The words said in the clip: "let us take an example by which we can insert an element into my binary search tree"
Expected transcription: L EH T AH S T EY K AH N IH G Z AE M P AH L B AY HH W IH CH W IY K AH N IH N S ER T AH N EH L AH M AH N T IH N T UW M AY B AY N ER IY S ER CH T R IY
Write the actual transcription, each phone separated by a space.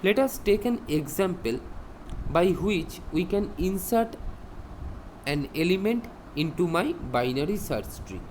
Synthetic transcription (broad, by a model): L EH T AH S T EY K AH N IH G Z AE M P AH L B AY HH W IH CH W IY K AH N IH N S ER T AH N EH L AH M AH N T IH N T UW M AY B AY N ER IY S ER S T R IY